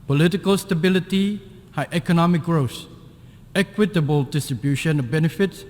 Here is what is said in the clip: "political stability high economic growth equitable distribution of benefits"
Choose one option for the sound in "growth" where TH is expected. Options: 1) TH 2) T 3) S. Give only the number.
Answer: 3